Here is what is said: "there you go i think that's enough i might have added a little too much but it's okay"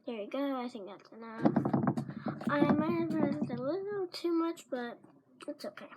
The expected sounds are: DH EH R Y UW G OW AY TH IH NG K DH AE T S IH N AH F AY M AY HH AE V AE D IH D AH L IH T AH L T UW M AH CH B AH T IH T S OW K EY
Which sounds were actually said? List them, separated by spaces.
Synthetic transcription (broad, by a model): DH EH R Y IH G OW AY TH IH NG K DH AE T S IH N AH AY M AY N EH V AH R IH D AH L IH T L T UW M AH CH B AH T IH T S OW K EY